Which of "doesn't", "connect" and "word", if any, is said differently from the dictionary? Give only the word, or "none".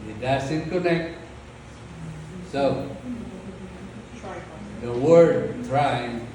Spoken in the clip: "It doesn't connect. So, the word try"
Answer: doesn't